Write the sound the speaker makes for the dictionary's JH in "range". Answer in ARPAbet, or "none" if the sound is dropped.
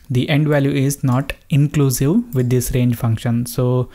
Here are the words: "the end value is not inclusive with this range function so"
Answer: JH